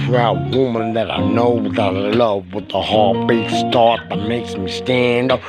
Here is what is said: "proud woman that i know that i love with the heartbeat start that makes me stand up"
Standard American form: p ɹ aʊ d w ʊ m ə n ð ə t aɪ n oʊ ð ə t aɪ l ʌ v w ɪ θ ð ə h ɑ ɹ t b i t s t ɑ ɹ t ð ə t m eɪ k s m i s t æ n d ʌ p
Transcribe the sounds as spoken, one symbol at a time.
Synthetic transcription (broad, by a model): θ ɹ aʊ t w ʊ m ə n ð ə t aɪ n oʊ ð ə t aɪ l ʌ v w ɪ ð ə h ɑ ɹ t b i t s t ɑ ɹ t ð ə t m eɪ k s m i s t æ n d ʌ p